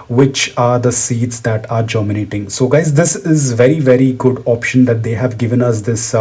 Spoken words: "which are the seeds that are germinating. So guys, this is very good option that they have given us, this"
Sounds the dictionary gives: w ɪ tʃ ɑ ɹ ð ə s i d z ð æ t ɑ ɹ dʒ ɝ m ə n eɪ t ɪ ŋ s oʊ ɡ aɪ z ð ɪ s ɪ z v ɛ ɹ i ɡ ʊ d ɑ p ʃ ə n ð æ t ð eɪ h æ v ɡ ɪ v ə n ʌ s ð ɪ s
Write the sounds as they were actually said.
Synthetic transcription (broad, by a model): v ɪ tʃ ɑ ɹ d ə s i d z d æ t ɑ ɹ dʒ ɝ m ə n eɪ t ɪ ŋ s oʊ ɡ aɪ z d ɪ s ɪ z v ɛ ɹ i ɡ ʊ d ɑ p ʃ ə n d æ t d eɪ h æ v ɡ ɪ v ə n ʌ s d ɪ s